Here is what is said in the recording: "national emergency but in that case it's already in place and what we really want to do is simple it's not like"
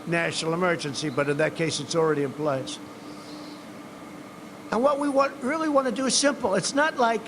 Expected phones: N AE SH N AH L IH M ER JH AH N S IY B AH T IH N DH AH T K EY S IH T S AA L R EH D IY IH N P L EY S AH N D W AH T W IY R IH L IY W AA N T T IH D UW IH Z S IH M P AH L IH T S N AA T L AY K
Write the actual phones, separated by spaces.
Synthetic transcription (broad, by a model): N AE SH N L IH M ER JH AH N S IY B AH T IH N DH AH T K EY S IH T S L R EH D IY IH N P L EY S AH N W AH T W IY R IH L IY W AA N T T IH D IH IH Z S IH M P L IH T S N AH T L AY K